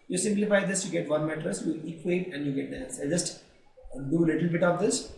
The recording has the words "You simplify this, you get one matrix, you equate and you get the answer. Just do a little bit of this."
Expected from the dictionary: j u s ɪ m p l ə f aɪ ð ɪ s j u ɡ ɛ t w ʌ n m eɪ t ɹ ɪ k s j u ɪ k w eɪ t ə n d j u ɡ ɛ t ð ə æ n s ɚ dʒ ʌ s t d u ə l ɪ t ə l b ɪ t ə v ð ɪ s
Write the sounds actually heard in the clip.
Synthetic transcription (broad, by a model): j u s ɪ m p l ə f aɪ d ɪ s j u ɡ ɛ t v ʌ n m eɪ t ɹ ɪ s j u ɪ k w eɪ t ə n d j u ɡ ɛ t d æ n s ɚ dʒ ʌ s t d u ə l ɪ t ə l b ɪ t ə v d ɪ s